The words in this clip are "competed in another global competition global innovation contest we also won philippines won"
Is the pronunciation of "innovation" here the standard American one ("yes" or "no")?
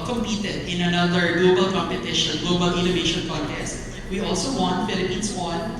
yes